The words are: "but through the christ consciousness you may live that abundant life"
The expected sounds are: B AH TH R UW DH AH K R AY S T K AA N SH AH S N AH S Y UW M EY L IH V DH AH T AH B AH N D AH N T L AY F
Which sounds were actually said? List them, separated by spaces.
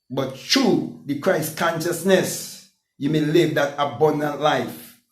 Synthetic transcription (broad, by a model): B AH T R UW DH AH K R AY S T K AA N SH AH S N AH S Y UW M EY L IH V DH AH T AH B AH N D AH N T L AY F